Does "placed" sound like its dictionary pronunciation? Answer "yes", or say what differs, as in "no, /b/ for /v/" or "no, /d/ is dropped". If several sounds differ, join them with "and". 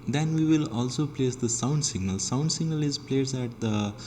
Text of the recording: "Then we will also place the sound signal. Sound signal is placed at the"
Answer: no, /t/ is dropped